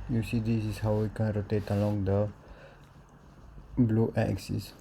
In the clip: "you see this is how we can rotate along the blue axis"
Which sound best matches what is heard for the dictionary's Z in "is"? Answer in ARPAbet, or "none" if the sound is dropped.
S